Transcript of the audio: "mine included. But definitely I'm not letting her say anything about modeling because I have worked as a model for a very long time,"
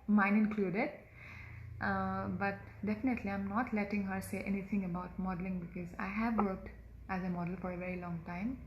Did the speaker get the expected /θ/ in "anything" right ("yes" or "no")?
no